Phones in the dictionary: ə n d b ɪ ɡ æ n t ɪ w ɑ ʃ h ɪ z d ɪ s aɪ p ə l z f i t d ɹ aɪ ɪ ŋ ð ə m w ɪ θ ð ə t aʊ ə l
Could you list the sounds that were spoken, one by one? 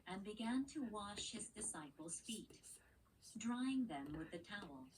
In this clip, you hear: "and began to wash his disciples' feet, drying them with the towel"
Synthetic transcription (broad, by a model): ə n b ɪ ɡ æ n t ɪ w ɑ ʃ h ɪ z d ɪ s aɪ p l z f i t d ɹ aɪ ɪ ŋ ð ə m w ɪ ð ə t aʊ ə l